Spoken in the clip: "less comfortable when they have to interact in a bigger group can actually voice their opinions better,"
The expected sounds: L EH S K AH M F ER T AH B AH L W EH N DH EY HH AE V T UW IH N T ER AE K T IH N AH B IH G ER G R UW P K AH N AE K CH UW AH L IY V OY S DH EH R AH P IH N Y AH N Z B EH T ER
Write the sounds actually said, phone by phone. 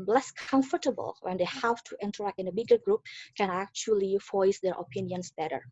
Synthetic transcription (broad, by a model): L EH S K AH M F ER T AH B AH L W EH N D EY HH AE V T UW IH N T ER AE K T IH N AH B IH G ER G R UW P K AH N AE K CH UW AH L IY F OY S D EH R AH P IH N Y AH N S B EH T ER